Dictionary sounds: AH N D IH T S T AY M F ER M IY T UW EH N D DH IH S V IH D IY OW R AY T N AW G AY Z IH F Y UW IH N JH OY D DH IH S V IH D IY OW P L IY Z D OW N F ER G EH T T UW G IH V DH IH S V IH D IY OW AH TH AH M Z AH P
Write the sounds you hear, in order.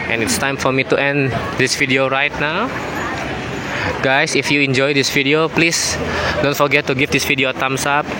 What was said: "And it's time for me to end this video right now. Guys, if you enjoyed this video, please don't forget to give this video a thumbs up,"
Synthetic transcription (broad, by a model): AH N IH T S T AY M F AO M IY T UW EH N D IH S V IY D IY OW R AY T N AW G AY S IH F Y UW IH N JH OY D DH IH S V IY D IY OW P L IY S D OW N F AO G EH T T UW G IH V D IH S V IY D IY OW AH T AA M S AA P